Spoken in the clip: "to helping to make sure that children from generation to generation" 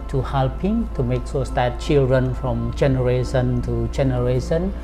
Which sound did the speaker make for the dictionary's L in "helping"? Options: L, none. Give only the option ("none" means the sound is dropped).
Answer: L